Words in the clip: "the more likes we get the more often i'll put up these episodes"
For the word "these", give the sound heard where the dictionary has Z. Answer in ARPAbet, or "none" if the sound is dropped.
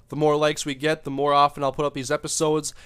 Z